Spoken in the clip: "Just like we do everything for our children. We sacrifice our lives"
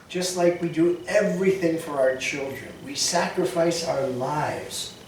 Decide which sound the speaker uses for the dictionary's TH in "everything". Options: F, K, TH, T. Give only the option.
TH